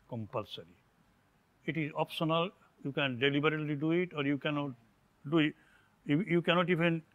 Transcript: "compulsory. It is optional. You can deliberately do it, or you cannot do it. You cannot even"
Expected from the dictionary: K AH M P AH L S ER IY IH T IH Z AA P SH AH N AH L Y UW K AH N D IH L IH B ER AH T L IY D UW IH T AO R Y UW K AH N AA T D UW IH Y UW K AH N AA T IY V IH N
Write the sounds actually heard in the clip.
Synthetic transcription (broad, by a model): K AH M P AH L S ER IY IH T IH Z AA P S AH N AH L Y UW K AH N D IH L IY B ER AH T L IY D UW IH T AO R Y UW K AH N AA T D UW IH Y UW K AH N AA T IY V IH N